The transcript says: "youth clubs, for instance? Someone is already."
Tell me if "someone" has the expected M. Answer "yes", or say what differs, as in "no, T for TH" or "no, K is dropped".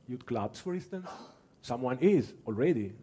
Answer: yes